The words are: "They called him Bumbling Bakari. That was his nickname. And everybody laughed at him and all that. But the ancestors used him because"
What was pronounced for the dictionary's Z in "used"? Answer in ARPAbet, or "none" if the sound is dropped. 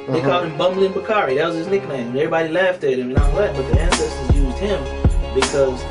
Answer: Z